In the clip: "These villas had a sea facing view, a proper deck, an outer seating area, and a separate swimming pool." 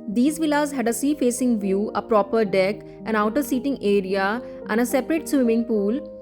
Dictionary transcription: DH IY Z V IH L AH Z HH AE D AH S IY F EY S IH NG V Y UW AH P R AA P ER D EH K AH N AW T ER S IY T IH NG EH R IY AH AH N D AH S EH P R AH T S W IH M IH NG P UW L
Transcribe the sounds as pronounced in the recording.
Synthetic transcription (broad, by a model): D IY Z V IH L AH Z HH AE D AH S IY F EY S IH NG V Y UW AH P R AA P ER D EH K AH N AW T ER S IY T IH NG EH R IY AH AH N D AH S EH P R AH T S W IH M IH NG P UW L